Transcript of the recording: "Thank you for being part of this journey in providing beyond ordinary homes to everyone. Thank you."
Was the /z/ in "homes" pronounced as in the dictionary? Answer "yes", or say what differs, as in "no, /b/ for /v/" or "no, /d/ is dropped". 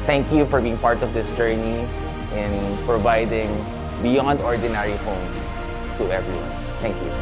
no, /s/ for /z/